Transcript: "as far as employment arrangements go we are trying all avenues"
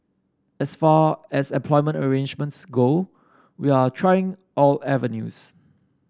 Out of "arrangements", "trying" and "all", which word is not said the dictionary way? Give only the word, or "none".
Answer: none